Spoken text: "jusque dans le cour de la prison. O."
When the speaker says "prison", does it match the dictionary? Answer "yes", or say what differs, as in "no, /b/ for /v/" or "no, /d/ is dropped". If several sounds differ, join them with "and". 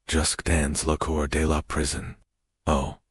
yes